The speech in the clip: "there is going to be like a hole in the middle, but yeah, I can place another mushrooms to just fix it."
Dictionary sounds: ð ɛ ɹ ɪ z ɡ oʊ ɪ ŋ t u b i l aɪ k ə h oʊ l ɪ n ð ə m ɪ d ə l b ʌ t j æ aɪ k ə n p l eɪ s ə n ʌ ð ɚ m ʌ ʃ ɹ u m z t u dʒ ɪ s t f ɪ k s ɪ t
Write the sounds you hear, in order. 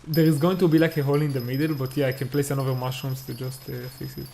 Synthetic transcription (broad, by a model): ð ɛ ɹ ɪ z ɡ oʊ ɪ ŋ t u b i l aɪ k ə h oʊ l ɪ n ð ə m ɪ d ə l b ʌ t j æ aɪ k ə n p l eɪ s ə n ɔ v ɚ m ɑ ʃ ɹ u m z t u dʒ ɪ s t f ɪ s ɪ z